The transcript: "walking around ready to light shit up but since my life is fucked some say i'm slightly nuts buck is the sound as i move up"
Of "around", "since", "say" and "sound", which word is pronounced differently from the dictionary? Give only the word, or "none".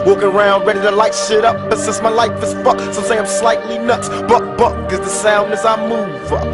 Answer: since